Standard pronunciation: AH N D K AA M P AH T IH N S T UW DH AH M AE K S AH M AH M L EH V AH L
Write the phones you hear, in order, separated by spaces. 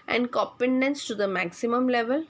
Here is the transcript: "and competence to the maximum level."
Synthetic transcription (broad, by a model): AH N D K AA P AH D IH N S T UW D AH M AE K S AH M AH M L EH V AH L